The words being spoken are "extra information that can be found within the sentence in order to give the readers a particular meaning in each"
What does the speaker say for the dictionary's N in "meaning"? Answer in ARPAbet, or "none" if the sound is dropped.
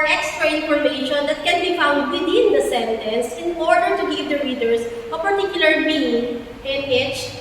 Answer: none